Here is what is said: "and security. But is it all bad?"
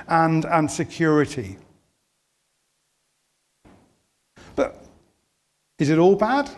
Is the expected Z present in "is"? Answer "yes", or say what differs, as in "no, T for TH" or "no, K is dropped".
yes